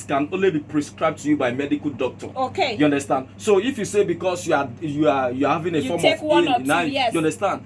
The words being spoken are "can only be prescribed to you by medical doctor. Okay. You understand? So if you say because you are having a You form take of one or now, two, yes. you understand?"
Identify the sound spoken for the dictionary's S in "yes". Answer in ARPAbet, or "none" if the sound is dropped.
none